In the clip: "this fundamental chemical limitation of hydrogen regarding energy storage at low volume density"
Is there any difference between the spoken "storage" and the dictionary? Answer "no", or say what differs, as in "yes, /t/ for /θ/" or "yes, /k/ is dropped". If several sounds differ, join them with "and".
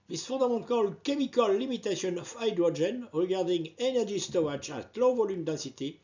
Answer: yes, /ɹ/ is dropped